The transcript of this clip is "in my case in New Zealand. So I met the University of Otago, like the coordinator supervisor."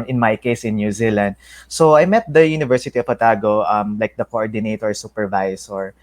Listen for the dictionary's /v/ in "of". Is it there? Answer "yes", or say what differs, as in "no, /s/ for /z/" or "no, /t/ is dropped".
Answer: no, /p/ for /v/